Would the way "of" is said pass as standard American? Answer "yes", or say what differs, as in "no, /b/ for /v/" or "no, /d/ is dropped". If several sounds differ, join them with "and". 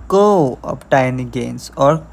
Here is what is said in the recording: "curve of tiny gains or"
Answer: no, /p/ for /v/